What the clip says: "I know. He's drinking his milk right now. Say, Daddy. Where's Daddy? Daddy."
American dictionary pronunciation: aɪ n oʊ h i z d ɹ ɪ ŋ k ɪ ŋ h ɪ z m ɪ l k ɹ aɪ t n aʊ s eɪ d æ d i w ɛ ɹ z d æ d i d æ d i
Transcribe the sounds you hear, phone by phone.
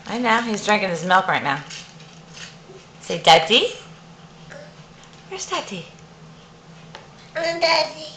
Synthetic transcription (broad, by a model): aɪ n oʊ h i z d ɹ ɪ ŋ k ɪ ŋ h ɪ z m ɪ l k ɹ aɪ t n aʊ s eɪ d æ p i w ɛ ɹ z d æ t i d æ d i